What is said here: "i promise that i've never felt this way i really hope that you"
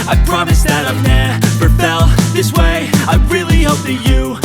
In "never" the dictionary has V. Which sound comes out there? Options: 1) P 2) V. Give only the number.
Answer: 1